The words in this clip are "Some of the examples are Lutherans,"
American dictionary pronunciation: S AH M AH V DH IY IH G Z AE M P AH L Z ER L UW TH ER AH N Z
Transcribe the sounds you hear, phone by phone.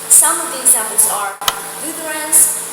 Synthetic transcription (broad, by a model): S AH M AH V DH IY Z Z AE P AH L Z ER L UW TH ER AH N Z